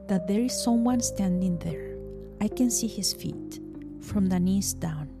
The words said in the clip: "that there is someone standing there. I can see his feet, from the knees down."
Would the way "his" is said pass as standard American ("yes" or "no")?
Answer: no